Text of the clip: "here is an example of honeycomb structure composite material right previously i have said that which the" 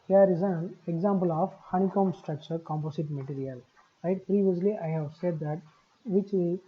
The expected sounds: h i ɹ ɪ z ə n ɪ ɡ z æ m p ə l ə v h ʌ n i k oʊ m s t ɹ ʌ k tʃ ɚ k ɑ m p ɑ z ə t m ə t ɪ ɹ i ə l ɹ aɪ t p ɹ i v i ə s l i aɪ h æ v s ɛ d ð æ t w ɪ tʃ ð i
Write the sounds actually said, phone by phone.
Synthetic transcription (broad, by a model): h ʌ ɹ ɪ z ə n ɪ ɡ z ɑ m p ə l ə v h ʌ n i k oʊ m s t ɹ ʌ k tʃ ɚ k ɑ m p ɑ s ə t m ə t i ɹ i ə l ɹ aɪ t p ɹ i v i ə s l i aɪ h æ v s ɛ d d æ t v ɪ tʃ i